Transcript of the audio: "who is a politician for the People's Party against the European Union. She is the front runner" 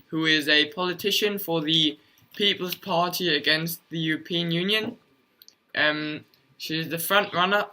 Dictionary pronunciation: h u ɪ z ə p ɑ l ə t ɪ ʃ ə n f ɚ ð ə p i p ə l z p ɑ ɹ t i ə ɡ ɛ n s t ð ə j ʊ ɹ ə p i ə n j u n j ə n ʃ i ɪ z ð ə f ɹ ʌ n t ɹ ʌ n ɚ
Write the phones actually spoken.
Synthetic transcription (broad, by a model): h u ɪ z ə p ɑ l ə t ɪ ʃ ə n f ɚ ð ə p i p ə l z p ɑ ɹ t i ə ɡ ɛ n s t ð ə j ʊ ɹ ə p i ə n j u n j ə n ʃ i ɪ z ð ə f ɹ ʌ n t ɹ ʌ n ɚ